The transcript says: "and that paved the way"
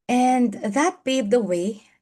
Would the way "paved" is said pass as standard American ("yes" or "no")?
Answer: no